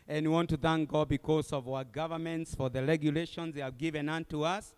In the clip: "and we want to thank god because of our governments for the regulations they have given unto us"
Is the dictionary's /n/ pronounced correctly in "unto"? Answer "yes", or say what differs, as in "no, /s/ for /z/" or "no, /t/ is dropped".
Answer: yes